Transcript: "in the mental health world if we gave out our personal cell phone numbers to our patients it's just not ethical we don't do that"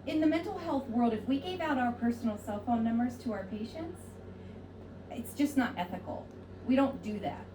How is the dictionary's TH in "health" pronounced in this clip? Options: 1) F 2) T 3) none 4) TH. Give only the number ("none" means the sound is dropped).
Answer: 4